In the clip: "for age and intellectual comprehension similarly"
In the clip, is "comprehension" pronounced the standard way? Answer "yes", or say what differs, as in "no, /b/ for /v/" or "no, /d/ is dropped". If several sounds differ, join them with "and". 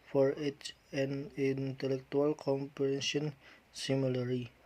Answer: no, /ɹ/ is dropped